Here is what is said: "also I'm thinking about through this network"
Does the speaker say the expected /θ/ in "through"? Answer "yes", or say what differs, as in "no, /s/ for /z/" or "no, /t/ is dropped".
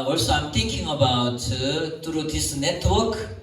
no, /t/ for /θ/